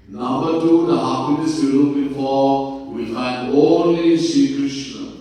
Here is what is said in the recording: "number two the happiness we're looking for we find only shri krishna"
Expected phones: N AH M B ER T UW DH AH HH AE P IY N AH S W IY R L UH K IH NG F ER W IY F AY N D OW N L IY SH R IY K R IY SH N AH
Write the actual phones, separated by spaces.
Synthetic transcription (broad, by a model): N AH M B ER T UW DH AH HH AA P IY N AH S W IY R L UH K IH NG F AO W IY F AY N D OW N L IY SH IY K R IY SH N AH